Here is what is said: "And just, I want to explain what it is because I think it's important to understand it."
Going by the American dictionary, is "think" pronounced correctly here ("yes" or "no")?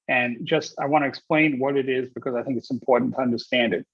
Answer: yes